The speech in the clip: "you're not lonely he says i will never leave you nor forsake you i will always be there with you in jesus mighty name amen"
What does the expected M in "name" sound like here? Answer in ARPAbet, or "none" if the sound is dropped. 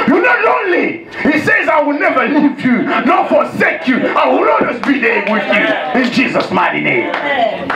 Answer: none